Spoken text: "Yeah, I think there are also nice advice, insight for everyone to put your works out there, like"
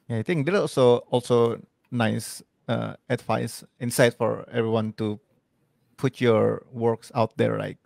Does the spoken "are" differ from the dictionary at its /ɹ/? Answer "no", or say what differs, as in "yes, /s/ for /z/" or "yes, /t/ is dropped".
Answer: yes, /l/ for /ɹ/